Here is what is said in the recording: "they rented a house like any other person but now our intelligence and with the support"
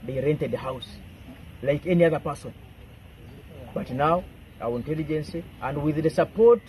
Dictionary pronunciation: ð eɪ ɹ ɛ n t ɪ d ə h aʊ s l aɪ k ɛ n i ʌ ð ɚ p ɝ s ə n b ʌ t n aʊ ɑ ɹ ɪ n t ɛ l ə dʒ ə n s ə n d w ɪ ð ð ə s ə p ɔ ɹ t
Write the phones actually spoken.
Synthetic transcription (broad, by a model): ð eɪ ɹ ɛ n t ɪ d ə h aʊ s l aɪ k ɛ n i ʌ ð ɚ p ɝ s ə n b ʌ t n aʊ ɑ w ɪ n t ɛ l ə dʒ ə n s ə n d w ɪ ð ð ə s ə p ɔ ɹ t